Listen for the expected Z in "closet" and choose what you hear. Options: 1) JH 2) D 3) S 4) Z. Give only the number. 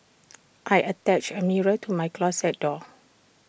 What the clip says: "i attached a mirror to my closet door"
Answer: 3